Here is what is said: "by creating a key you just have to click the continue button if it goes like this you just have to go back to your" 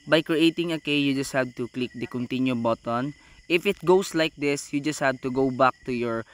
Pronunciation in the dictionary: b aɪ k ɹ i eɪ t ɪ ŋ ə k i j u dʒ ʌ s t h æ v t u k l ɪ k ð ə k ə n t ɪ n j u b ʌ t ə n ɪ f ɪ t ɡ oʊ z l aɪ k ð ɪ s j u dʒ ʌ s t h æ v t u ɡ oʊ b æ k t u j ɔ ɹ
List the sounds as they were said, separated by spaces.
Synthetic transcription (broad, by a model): b aɪ k ɹ i eɪ t ɪ ŋ ə k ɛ j u dʒ ʌ s t h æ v t u k l ɪ k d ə k ə n t ɪ n j u b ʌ t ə n ɪ f ɪ t ɡ oʊ s l aɪ k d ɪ s j u dʒ ʌ s t h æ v t u ɡ oʊ b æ k t u j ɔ ɹ